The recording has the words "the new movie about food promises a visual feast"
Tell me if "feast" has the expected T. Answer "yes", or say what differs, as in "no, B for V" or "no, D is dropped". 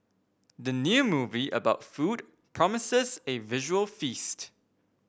yes